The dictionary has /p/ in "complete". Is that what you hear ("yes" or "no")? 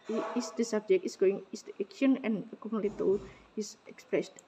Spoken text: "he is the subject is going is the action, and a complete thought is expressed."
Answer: no